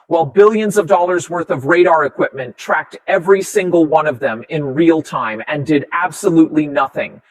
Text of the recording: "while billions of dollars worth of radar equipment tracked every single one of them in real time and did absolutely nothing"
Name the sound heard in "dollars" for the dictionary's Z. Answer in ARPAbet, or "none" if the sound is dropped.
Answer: Z